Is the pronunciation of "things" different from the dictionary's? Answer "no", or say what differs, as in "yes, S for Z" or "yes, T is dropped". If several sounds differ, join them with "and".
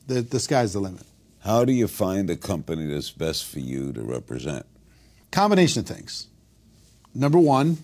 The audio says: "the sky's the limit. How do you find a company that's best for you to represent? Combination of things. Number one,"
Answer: no